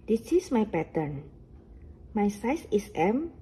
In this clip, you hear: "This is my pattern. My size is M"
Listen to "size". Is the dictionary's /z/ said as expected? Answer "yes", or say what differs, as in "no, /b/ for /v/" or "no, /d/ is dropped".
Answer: no, /s/ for /z/